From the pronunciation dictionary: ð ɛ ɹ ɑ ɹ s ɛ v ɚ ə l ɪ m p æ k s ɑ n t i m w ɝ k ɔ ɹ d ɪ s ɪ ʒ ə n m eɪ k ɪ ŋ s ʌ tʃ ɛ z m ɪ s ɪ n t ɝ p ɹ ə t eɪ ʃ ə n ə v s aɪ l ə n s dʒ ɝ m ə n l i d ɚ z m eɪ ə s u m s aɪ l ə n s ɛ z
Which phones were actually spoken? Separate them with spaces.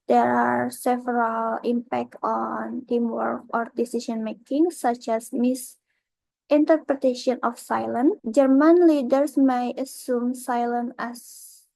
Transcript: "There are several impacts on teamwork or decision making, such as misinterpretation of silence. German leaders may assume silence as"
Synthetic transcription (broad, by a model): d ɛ ɹ ɑ ɹ s ɛ v ɚ ə l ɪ m p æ k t ɑ n t i m w ɝ k ɔ ɹ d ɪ s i s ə n m eɪ k ɪ ŋ s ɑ tʃ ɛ s m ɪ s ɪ n t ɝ p ɹ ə t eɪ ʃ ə n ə f s aɪ l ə n dʒ ɝ m ə n l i d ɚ s m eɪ ə s u m s aɪ l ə n ɛ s